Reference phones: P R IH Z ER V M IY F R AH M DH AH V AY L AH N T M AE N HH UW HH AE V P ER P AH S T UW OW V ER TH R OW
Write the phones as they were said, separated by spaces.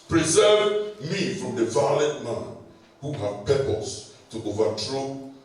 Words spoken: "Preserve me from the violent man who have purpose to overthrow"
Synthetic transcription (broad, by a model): P R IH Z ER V M IY F R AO M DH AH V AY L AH T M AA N HH UW HH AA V P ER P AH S T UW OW V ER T R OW